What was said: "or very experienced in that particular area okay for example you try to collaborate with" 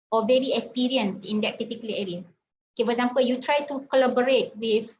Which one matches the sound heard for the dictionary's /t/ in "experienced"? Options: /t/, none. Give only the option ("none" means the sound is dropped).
none